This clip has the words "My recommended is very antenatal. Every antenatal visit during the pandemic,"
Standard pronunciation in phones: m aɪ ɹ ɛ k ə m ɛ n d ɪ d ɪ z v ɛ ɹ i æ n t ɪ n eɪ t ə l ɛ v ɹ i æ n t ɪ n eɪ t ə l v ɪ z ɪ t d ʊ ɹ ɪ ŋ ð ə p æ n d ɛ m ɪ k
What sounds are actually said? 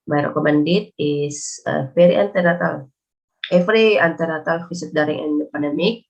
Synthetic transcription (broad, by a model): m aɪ ɹ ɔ k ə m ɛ n d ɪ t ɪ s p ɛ ɹ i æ n t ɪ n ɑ t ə l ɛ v ɹ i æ n t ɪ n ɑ t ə l f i s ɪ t d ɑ ɹ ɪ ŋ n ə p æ n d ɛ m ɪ k